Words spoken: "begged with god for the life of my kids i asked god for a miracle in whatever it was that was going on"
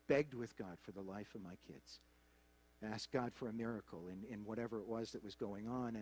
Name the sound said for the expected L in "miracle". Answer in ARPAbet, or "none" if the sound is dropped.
N